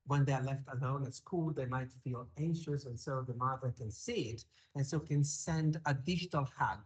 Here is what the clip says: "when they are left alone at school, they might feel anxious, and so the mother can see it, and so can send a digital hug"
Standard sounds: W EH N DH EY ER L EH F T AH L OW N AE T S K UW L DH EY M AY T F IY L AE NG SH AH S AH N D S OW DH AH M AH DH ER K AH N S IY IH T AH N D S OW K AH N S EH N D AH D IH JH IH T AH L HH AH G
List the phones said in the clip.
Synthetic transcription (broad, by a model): W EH N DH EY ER L EH F T AH L OW N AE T S K UW L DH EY M AY T F IY L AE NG SH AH S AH N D S OW DH AH M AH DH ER K AH N S IY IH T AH N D S OW K AH N S EH N D AH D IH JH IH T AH L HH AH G